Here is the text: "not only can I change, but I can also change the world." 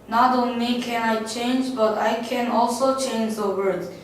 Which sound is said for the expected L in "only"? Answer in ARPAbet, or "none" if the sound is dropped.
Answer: L